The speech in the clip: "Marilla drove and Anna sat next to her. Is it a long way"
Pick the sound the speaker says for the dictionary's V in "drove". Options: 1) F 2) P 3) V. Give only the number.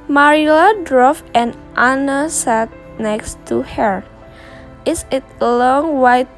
1